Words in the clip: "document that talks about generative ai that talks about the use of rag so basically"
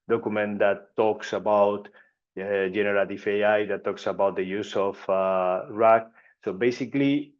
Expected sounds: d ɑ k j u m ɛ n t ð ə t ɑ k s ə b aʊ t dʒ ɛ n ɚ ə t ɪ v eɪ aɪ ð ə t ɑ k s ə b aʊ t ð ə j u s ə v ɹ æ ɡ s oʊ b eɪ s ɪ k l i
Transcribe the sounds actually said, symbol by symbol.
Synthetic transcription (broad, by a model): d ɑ k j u m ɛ n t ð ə t ɑ k s ə b aʊ t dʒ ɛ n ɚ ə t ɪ f eɪ aɪ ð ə t ɑ k s ə b aʊ t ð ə j u s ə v ɹ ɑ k s oʊ b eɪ s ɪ k l i